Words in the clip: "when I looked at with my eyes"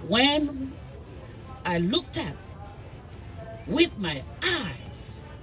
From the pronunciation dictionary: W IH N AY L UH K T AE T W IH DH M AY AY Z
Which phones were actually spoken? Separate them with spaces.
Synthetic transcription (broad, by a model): W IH N AY L UH K T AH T W IH DH M AY AY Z